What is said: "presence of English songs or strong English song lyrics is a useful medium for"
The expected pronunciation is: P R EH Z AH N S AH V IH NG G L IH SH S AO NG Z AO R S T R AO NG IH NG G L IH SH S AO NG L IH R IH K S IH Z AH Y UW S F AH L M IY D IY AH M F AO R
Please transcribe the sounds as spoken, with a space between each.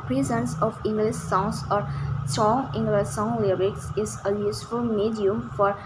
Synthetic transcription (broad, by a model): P R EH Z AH N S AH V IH NG G L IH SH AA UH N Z AO R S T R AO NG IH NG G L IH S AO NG L IH R IH K S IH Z AH Y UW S F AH L M IY D IY AH M F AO R